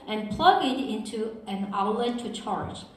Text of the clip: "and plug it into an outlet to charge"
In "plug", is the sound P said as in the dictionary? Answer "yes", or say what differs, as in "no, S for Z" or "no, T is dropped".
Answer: yes